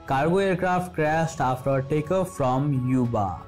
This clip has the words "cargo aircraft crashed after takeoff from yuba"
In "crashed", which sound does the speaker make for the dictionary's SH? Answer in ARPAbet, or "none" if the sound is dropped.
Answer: S